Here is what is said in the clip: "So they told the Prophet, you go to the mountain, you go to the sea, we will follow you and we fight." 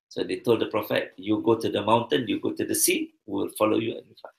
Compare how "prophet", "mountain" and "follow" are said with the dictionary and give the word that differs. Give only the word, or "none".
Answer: none